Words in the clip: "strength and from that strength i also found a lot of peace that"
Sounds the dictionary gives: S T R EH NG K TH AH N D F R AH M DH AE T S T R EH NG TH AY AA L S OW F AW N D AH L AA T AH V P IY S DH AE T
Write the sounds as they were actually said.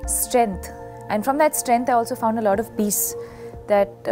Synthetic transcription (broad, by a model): S T R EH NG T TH AH N D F R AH M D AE T S T R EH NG T AY AA L S OW F AW N D AH L AA T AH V B IY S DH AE T